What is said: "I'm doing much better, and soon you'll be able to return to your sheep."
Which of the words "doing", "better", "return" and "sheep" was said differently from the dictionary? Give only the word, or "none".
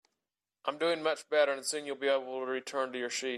sheep